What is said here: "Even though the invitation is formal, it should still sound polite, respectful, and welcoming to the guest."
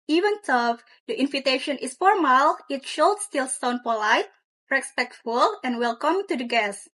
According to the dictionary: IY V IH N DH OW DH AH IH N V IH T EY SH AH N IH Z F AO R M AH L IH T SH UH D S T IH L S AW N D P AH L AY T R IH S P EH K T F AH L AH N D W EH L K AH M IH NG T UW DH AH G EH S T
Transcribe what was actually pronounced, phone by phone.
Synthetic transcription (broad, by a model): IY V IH N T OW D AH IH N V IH T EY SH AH N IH S F AO R M AH L IH T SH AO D S T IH L S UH N P AH L AY T R IH S P EH K T F AH L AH N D W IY L K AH M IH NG T UW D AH G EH S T